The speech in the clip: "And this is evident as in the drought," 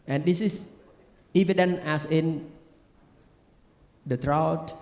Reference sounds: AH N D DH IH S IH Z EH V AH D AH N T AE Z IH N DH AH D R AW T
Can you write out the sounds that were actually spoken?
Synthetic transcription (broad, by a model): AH N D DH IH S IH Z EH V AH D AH N AE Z IH N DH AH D R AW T